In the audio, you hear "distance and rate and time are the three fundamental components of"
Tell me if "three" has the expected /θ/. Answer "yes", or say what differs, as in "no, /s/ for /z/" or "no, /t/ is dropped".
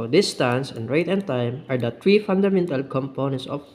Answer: no, /t/ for /θ/